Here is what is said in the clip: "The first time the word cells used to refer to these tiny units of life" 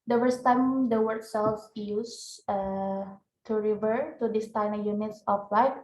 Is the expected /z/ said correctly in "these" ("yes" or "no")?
no